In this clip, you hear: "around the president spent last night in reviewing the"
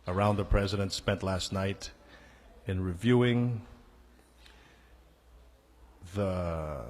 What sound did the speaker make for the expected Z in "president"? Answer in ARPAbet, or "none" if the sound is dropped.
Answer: Z